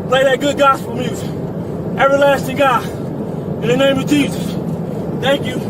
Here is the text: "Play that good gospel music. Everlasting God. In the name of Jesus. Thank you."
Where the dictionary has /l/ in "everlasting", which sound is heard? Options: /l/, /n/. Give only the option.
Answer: /l/